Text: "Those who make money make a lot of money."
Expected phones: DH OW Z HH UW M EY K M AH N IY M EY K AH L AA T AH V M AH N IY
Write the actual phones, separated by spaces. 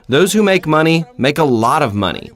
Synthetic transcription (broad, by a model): DH OW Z HH UW M EY K M AH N IY M EY K AH L AA T AH V M AH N IY